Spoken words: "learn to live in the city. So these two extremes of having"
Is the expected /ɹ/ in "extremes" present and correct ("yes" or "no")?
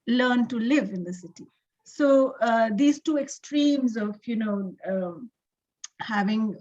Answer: yes